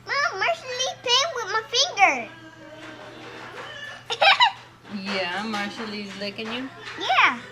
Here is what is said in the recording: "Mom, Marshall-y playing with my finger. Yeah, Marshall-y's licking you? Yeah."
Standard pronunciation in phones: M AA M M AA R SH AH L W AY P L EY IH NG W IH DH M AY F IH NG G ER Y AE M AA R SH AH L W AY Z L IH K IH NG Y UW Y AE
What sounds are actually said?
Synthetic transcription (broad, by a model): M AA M M AA R SH AH L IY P EY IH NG W IH DH M AY F IH NG G ER Y AE M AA R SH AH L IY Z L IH K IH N Y UW Y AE